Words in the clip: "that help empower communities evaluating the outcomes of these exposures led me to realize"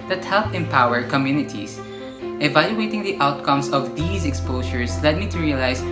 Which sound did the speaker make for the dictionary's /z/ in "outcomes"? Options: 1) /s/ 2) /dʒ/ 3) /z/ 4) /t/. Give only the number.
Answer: 1